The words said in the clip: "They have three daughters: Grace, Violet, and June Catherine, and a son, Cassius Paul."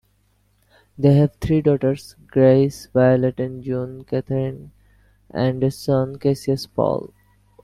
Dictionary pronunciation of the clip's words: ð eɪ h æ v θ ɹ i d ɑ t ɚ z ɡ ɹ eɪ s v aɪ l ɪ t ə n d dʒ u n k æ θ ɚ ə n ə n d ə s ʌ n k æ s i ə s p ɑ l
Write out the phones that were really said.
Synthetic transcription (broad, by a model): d eɪ h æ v t ɹ i d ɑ t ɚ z ɡ ɹ eɪ s v aɪ l ɪ t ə n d dʒ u n k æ t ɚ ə n ə n d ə s ʌ n k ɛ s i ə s p ɑ l